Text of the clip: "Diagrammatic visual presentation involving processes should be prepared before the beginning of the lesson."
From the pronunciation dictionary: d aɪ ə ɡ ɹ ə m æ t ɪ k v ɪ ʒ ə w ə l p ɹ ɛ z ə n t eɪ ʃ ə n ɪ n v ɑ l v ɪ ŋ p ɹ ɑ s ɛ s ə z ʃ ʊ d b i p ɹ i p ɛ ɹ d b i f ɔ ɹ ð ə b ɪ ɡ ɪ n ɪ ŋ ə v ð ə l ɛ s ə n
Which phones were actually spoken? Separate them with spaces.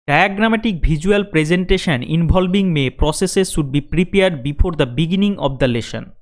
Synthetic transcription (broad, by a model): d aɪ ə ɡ ɹ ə m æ t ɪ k b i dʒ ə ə l p ɹ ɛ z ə n t eɪ ʃ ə n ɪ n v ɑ l b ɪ ŋ p ɹ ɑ s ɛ s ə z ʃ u d b i p ɹ i p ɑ ɹ d b i f ɔ ɹ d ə b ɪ ɡ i n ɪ ŋ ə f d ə l ɛ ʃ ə n